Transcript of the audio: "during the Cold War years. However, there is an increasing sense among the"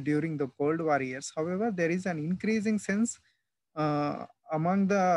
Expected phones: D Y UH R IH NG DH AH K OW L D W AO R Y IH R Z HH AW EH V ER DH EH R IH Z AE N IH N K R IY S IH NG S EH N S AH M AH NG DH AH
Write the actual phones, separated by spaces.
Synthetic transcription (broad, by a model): D Y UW R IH NG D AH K OW L D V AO R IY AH R S HH AW EH V ER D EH R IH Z AE N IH N K R IY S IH NG S EH N S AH M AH NG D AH